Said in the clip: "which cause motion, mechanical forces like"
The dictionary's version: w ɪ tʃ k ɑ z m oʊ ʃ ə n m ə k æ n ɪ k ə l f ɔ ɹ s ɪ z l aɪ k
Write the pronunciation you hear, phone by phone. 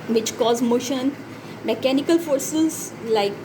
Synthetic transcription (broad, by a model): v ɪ tʃ k ɑ z m oʊ ʃ ə n m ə k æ n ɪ k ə l f ɔ ɹ s ɪ z l aɪ k